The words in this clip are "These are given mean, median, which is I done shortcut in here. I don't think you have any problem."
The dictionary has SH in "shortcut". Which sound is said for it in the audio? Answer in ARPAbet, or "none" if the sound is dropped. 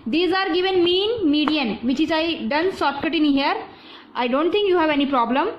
S